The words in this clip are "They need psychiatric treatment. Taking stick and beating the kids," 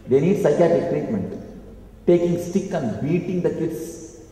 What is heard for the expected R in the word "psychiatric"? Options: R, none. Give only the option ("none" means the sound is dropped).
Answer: none